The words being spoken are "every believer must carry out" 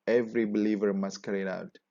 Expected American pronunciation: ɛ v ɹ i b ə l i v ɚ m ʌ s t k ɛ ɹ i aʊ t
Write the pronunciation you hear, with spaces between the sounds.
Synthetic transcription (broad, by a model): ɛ v ɹ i b ə l i v ɚ m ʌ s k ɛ ɹ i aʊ t